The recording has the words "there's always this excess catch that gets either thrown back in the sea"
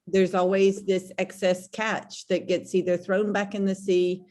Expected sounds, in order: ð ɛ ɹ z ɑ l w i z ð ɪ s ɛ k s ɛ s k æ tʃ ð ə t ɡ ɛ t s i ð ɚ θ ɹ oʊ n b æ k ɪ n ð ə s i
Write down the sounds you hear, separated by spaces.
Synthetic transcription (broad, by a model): ð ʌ ɹ z ɑ l w i z ð ɪ s ɛ k s ɛ s k æ tʃ ð ə t ɡ ɛ t s i ð ɚ θ ɹ oʊ n b æ k ɪ n ð ə s i